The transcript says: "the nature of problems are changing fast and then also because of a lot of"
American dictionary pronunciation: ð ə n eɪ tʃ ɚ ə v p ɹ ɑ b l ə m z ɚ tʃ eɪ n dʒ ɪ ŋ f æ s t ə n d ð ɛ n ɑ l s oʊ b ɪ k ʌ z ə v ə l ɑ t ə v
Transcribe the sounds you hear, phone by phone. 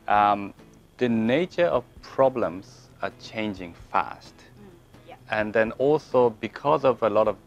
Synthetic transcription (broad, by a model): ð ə n eɪ tʃ ɚ ə v p ɹ ɑ b l ə m z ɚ tʃ eɪ n dʒ ɪ ŋ f æ s t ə n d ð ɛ n ɑ l s oʊ b ɪ k ʌ z ə v ə l ɑ t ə v